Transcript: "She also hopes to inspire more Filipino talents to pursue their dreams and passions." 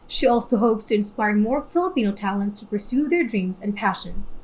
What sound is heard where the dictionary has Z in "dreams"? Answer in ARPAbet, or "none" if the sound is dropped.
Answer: Z